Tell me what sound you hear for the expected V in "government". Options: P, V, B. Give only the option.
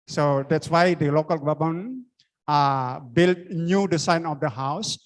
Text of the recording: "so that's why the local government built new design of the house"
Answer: B